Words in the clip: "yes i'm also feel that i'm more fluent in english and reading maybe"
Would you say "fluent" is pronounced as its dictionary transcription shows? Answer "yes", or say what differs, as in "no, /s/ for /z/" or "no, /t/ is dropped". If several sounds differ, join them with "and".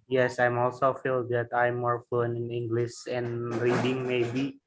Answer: no, /t/ is dropped